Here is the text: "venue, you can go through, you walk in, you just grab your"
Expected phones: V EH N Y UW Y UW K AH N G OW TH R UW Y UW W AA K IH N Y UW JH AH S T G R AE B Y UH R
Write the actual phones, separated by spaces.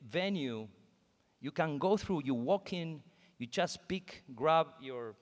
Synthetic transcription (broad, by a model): V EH N Y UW Y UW K AH N G OW TH R UW Y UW W AA K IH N Y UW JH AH S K G R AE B Y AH R